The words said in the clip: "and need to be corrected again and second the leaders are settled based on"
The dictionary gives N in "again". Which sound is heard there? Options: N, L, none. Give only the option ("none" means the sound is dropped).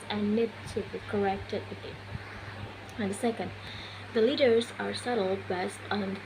none